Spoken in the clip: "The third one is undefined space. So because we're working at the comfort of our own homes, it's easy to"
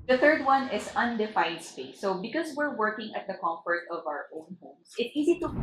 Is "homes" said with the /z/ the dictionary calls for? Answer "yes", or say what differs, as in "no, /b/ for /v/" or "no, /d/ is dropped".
no, /s/ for /z/